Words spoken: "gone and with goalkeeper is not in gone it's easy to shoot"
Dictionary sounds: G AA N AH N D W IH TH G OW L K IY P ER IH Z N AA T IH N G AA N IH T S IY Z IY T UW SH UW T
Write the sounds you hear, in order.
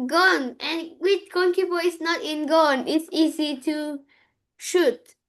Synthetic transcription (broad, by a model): G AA N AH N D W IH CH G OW N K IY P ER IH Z N AA T IH N G AA N IH T S IY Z IY T UW SH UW T